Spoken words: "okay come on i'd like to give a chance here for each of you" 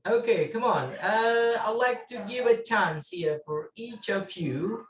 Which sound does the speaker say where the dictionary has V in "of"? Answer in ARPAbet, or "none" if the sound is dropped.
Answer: P